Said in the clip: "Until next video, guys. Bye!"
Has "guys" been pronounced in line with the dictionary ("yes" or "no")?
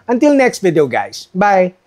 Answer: no